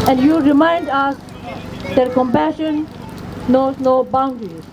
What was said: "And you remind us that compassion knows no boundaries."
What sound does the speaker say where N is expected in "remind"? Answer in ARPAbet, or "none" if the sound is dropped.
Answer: N